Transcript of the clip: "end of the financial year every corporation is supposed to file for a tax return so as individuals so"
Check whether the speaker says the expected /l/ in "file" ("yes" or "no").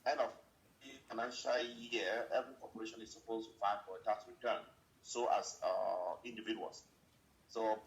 no